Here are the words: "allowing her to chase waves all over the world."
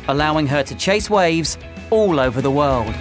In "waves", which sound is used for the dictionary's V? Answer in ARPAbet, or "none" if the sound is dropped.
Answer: V